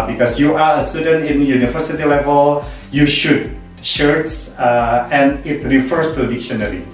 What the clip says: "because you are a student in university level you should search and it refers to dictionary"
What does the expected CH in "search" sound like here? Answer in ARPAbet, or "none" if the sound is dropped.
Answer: S